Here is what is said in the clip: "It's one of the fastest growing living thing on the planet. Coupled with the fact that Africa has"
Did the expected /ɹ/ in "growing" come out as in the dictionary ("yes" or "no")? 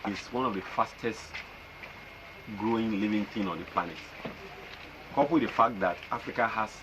yes